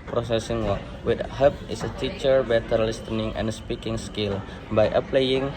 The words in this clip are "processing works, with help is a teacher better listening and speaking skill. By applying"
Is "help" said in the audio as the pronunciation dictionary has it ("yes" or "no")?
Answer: no